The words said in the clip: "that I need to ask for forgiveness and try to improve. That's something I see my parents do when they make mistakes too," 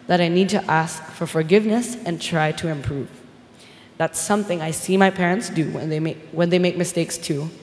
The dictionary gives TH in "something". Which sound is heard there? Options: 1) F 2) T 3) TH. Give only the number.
3